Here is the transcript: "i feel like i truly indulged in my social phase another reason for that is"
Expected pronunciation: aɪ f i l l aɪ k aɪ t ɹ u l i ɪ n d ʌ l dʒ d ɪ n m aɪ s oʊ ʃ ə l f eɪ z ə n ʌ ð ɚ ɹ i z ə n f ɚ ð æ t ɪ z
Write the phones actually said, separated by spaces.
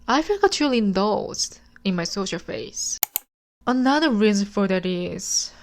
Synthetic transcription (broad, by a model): aɪ f i l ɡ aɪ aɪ t ɹ u l i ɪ n d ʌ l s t ɪ n m aɪ s oʊ ʃ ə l f eɪ s ə n ʌ ð ɚ ɹ i z ə n f ɚ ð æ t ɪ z